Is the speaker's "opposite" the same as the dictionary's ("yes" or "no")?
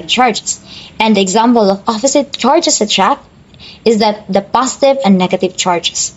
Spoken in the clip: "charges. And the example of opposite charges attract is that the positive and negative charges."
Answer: no